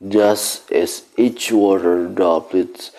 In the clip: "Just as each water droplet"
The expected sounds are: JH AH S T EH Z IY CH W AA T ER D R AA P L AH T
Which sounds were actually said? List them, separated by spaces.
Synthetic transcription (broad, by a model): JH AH S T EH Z IY CH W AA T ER D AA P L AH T